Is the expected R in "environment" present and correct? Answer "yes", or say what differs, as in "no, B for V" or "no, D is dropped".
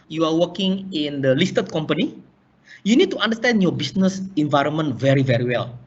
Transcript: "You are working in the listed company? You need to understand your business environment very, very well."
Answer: yes